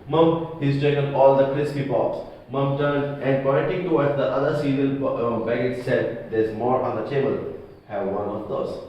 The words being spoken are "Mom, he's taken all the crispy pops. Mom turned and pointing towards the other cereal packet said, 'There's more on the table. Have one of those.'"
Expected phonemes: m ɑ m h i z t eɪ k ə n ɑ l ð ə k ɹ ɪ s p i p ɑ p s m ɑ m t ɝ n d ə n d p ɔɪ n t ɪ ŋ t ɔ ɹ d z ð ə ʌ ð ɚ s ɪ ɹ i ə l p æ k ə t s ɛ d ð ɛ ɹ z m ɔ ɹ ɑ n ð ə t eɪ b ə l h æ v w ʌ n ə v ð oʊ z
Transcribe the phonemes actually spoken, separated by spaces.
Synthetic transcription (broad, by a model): m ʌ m h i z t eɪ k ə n ɑ l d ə k ɹ ɪ s p i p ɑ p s m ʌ m t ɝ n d ə n d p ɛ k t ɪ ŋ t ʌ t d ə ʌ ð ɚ s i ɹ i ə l b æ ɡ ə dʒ s ɛ d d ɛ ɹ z m ɔ ɹ ɑ n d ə t eɪ b ə l h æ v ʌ n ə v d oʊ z